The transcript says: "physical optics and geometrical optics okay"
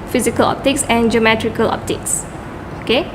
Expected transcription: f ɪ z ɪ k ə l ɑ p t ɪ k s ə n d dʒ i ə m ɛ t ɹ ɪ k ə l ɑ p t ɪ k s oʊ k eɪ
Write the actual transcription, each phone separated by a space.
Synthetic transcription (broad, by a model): f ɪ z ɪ k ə l ɑ p t ɪ k s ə n dʒ i ə m ɛ t ɹ ɪ k ə l ɑ p t ɪ k s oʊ k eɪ